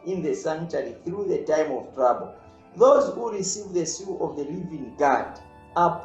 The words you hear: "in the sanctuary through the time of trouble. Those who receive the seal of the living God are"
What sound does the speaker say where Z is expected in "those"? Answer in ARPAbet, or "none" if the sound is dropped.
Z